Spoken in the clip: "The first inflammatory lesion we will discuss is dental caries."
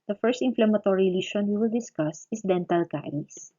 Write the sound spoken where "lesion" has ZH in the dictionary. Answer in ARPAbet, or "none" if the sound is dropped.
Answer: SH